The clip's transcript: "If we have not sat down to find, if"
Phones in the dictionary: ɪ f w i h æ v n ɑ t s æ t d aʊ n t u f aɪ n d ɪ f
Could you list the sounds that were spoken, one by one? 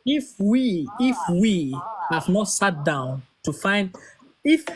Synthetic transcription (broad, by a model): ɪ f w i h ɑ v n ɑ t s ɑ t d aʊ n t u f aɪ n d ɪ f